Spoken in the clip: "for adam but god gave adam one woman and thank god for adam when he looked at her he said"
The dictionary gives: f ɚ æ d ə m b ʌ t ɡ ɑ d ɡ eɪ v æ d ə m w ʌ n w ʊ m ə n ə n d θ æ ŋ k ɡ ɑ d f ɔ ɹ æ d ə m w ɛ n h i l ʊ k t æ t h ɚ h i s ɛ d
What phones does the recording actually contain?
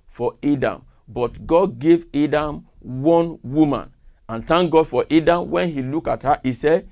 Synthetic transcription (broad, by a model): f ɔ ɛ d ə m b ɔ t ɡ ɑ d ɡ eɪ v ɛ d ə m w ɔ n w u m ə n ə n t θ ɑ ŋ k ɡ ɑ d f ɔ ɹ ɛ d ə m w ɛ n h i l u k ɑ t h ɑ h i s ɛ